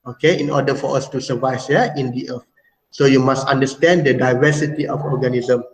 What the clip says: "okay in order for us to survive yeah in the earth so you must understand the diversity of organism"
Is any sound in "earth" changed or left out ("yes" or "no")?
yes